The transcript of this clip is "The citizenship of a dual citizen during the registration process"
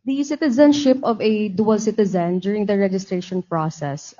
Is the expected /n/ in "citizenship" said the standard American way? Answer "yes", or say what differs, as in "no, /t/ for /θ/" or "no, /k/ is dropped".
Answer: yes